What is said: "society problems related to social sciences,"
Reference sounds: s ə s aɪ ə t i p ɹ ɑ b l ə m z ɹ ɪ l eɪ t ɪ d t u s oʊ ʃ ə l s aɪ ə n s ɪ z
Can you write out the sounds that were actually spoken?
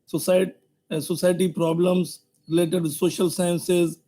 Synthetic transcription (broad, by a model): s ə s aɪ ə t i p ɹ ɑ b l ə m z ɹ ɪ l eɪ t ɪ d t u s oʊ ʃ ə l s aɪ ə n s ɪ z